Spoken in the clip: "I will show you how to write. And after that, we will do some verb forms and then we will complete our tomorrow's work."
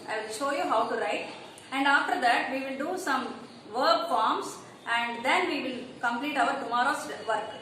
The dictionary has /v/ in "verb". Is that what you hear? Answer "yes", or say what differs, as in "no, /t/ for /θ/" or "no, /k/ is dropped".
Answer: yes